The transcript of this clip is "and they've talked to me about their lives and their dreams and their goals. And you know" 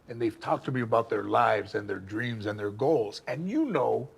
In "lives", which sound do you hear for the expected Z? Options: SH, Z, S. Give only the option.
Z